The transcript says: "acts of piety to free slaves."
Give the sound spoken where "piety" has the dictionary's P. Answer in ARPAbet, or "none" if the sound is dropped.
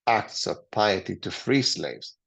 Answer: P